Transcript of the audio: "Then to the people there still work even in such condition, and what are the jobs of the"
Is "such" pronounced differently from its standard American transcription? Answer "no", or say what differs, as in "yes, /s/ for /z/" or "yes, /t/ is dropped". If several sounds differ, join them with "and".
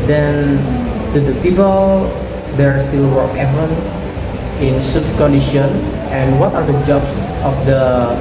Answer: yes, /s/ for /tʃ/